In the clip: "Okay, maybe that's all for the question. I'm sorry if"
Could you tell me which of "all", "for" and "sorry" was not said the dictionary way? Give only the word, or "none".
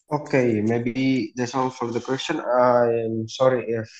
all